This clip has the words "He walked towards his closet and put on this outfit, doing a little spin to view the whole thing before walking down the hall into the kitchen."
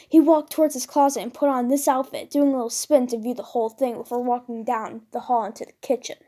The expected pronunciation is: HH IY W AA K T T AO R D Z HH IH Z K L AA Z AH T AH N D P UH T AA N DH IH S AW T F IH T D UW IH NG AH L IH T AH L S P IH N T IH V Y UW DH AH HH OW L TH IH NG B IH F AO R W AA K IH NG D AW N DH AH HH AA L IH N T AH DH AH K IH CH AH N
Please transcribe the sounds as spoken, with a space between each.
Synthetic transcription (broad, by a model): HH IY W AA K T T AO R D Z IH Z K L AA Z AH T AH N P UH T N DH IH S AW T F IH T D UW IH NG AH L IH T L S P IH N T IH V Y UW DH AH HH OW L TH IH NG B IH F AO R W AA K IH NG D AW N DH AH HH AA L IH N T AH DH AH K IH CH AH N